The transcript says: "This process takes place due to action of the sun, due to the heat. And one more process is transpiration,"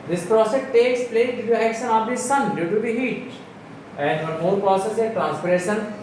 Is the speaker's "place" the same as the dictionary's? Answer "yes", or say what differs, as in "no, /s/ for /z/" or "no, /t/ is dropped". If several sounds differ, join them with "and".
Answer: no, /s/ is dropped